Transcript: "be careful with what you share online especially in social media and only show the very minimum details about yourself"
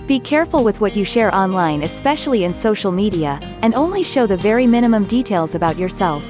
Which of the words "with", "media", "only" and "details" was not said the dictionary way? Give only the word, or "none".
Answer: none